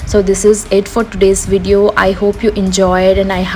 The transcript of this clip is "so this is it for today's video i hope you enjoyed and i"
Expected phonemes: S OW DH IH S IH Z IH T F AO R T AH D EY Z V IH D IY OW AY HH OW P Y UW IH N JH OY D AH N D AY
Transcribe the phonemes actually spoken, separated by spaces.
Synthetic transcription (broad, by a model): S OW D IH S IH Z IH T F AO R T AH D EY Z V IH D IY OW AY HH OW P Y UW IH N JH OY D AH N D AY